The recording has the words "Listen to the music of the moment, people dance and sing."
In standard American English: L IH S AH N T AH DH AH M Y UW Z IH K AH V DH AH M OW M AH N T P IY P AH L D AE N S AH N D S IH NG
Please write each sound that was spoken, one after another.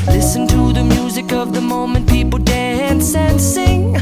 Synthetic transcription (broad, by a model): L IH S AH N T AH DH AH M Y UW Z IH K AH V DH AH M OW M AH N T P IY P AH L D AE N S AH N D S IH NG